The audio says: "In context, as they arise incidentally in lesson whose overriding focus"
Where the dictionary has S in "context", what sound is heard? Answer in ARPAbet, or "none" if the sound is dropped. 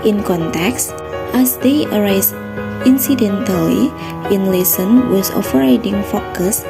S